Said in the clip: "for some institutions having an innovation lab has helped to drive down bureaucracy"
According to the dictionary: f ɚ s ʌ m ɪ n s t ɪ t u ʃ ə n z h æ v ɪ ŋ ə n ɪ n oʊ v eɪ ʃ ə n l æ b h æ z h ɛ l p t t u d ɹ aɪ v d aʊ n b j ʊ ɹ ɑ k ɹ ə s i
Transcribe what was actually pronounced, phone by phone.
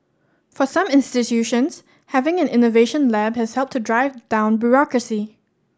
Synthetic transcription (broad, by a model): f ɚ s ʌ m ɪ n s t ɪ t u ʃ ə n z h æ v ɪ ŋ ə n ɪ n oʊ v eɪ ʃ ə n l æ b h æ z h ɛ l p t t u d ɹ aɪ v d aʊ n b j ʊ ɹ ɑ k ɹ ə s i